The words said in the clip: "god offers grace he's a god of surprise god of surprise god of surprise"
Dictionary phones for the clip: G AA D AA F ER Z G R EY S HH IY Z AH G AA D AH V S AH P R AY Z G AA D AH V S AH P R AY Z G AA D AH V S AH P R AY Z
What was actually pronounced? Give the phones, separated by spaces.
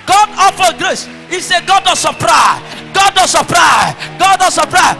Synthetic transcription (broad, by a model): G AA D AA F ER G R EY S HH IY S AH G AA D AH S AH P R AY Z G AA D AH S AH P R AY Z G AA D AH S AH P R AY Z